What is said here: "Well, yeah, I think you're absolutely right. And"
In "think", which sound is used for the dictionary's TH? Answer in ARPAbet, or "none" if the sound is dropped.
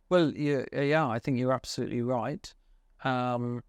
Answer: TH